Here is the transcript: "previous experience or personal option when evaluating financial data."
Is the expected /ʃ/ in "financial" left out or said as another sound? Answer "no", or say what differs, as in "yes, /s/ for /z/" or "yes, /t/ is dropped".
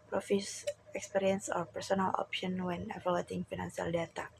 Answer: yes, /s/ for /ʃ/